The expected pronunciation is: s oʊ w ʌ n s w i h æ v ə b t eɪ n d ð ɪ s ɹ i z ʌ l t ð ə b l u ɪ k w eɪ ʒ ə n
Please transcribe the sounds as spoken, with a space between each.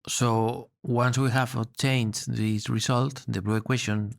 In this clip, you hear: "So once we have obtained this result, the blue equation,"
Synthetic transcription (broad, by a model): s oʊ w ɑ n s w i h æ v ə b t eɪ n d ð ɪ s ɹ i s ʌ l t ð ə b l u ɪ k w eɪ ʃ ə n